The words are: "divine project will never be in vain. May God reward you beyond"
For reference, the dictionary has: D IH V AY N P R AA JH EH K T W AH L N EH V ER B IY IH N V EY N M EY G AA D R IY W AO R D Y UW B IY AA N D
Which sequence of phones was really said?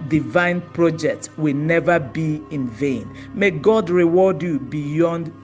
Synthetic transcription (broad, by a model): D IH V AY N P R AA JH EH K T W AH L N EH V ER B IY IH N V EY N M EY G AA D R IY W AO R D Y UW B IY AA N D